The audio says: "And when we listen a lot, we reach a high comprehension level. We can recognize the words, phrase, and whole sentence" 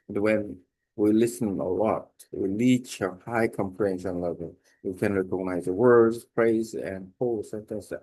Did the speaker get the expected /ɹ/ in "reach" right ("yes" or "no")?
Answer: no